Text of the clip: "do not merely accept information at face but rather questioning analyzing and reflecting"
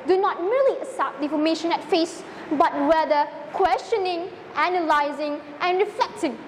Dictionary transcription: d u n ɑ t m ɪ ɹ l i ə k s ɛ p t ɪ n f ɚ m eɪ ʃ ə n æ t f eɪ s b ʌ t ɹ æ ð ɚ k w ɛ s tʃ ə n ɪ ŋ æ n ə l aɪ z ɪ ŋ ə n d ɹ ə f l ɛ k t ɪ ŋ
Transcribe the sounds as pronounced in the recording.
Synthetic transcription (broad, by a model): d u n ɑ t m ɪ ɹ l i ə s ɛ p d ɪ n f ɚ m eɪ ʃ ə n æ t f eɪ s b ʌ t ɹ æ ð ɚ k w ɛ s tʃ ə n ɪ ŋ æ n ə l aɪ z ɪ ŋ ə n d ɹ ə f l ɛ k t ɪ ŋ